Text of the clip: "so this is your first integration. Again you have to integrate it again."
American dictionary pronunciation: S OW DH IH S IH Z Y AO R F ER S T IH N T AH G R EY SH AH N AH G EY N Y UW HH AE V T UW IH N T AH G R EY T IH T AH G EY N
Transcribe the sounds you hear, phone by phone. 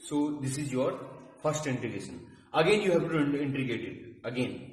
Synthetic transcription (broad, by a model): S OW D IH S IH Z Y AO R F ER S T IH N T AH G EY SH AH N AH G EY N Y UW HH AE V T UW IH N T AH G EY T IH T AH G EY N